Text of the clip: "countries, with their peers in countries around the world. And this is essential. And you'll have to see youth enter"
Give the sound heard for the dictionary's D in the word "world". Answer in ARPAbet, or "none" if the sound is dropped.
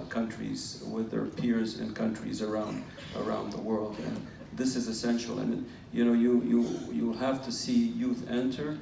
D